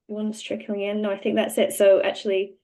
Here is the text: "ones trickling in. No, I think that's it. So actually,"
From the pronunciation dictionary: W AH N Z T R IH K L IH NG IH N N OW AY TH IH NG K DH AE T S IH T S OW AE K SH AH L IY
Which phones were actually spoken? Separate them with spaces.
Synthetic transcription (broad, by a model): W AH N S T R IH K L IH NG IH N N OW AY TH IH NG K DH AE T S IH T S OW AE K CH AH L IY